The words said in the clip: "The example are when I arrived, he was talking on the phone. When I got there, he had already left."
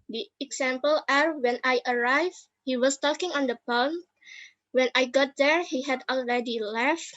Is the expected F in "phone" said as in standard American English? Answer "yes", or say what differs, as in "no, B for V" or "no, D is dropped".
no, P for F